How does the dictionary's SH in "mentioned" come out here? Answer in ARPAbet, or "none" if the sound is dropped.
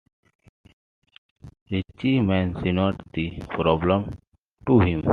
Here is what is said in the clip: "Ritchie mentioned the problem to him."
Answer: S